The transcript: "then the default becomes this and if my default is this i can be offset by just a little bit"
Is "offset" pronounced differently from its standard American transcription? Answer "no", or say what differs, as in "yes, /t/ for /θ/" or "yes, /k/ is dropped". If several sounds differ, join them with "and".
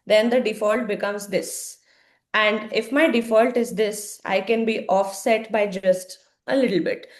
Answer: no